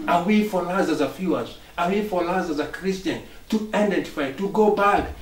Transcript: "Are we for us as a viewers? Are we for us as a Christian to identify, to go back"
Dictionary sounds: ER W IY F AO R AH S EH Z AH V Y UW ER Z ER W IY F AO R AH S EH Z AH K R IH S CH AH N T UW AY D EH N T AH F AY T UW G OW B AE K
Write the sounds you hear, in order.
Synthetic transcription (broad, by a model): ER W IY F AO L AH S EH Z AH F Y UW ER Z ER W IY F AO L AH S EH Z AH K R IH S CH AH N T UW AY D EH N T AH F AY T UW G OW B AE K